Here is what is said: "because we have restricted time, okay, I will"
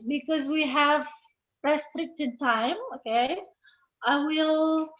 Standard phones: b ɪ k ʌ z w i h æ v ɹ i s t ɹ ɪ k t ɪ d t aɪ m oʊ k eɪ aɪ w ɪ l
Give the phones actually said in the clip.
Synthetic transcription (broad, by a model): b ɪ k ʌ z w i h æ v ɹ i s t ɹ ɪ k t ɪ d t aɪ m oʊ k eɪ aɪ w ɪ l